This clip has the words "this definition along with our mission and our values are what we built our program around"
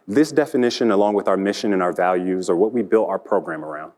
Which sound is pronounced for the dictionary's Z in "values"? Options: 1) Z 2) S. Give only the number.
1